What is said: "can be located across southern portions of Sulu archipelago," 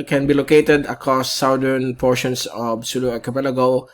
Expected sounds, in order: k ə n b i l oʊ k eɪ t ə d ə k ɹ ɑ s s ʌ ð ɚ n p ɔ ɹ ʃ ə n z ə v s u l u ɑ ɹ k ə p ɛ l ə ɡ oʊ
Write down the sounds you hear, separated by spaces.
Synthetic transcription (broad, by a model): k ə n b i l oʊ k eɪ t ə d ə k ɹ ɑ s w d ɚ n p ɔ ɹ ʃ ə n s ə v s u l u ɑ k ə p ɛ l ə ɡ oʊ